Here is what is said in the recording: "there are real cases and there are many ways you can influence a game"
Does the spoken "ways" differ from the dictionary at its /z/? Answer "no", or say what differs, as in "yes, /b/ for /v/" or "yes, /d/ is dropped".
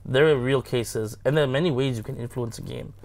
no